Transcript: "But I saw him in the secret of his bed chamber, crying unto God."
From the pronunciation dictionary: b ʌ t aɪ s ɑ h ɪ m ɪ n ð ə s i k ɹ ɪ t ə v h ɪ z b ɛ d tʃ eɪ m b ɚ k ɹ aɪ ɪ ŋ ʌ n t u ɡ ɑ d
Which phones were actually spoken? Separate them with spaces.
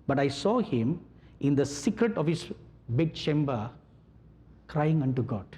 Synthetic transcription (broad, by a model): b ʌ t aɪ s ɑ h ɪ m ɪ n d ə s i k ɹ ɪ t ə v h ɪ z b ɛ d tʃ eɪ m b ɚ k ɹ aɪ ɪ ŋ ʌ n t u ɡ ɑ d